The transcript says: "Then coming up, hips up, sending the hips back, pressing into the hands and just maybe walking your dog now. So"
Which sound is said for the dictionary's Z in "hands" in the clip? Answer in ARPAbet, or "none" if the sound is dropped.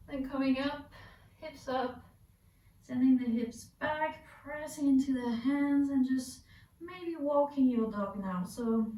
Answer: Z